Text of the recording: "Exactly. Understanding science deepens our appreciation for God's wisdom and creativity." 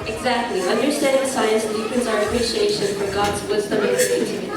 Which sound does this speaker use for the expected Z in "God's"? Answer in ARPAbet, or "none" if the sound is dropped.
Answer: Z